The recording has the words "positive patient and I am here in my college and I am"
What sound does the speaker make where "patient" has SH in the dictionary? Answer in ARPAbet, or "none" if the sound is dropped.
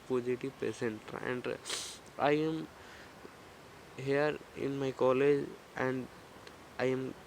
S